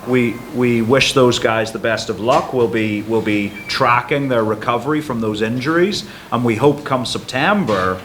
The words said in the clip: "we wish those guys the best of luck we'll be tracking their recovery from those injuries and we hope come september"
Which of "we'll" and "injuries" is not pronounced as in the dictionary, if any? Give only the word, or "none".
none